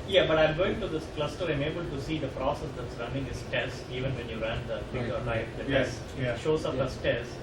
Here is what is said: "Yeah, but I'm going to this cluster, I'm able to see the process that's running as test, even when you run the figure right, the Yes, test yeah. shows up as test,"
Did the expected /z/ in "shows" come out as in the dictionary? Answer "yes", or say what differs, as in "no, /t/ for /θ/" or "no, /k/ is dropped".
no, /s/ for /z/